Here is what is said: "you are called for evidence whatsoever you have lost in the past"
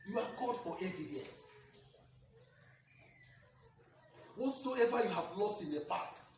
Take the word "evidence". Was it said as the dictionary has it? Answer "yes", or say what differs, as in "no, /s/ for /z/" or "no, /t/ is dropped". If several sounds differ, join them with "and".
no, /n/ is dropped